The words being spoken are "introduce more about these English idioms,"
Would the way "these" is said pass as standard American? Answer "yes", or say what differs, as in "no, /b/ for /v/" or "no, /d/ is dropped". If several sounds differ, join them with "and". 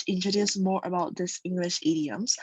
no, /s/ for /z/